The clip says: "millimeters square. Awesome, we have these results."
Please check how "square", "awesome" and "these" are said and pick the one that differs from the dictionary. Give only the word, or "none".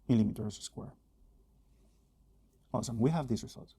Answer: these